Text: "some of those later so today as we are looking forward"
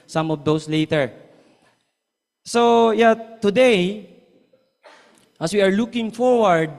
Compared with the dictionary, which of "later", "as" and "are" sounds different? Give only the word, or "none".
as